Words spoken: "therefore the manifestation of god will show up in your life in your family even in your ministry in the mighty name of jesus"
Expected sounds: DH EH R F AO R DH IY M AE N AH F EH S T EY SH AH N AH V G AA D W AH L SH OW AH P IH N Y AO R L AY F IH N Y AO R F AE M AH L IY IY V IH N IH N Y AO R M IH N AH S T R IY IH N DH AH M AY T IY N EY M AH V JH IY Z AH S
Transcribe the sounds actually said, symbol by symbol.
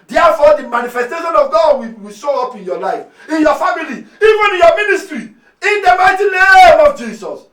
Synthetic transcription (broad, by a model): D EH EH F AO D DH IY M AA N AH F EH S T EY SH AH N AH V G AA D W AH W SH OW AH P IH N Y AO L AY F IH N Y AO F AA M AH L IY IY V IH N IH N Y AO M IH N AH S T R IY IH N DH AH M AY T IY N EY M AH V JH IY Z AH S